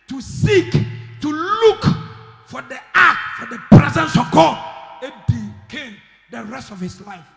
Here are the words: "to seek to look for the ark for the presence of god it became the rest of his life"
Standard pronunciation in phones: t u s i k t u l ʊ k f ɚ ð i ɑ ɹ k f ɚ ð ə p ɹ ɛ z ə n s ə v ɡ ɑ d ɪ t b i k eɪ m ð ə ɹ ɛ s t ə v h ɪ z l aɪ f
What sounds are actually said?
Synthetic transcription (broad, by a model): t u s i k t u l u k f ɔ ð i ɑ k f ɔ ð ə p ɹ ɛ z ə n s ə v ɡ ɑ d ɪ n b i k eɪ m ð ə ɹ ɛ s t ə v h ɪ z l aɪ f